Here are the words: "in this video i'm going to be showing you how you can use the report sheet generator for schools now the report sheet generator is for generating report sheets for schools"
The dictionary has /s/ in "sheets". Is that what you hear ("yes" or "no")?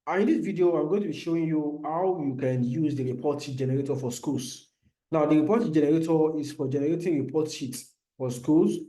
no